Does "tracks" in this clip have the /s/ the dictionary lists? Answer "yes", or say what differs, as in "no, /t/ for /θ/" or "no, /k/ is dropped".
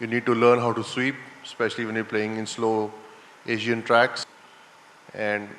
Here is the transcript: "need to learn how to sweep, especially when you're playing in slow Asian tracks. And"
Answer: yes